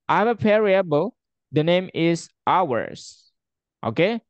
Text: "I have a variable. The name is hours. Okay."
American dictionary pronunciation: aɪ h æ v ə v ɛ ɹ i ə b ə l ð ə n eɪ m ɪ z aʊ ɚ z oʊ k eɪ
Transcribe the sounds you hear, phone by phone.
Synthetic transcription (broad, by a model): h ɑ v ə p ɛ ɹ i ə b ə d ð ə n eɪ m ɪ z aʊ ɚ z oʊ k eɪ